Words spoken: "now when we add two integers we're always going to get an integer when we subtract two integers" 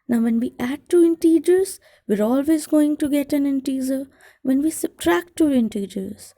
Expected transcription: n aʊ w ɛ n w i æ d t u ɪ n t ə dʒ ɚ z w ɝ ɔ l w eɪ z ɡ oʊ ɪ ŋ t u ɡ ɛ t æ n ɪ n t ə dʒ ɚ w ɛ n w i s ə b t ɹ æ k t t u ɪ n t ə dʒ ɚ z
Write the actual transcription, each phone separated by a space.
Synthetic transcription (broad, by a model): n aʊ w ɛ n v i æ d t u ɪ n t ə dʒ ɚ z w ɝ ɔ l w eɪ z ɡ oʊ ɪ ŋ t u ɡ ɛ t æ n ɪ n t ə z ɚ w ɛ n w i s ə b t ɹ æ k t t u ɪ n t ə dʒ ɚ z